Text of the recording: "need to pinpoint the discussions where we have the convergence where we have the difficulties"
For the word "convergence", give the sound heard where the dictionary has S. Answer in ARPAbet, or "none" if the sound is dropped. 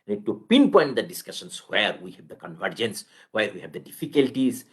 S